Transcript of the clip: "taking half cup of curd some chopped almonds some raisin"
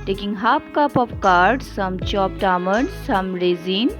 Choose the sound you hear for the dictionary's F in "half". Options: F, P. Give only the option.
P